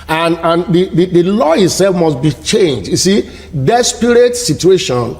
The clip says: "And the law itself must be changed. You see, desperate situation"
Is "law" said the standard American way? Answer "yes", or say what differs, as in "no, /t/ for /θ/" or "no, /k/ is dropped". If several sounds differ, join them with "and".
yes